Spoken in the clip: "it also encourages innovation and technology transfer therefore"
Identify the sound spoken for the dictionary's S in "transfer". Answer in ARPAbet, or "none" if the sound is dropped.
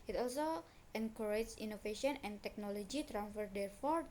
none